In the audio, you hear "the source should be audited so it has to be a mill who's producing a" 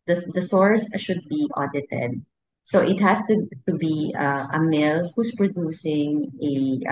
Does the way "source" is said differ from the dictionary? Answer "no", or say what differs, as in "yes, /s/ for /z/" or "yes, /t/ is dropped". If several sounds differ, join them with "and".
no